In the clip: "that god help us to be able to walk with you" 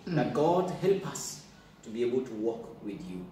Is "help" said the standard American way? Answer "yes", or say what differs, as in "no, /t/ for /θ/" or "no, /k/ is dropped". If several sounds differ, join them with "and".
yes